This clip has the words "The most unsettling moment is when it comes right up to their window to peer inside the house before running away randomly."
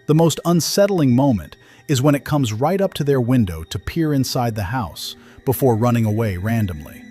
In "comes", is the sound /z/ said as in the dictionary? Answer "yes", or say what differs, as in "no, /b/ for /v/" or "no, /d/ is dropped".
yes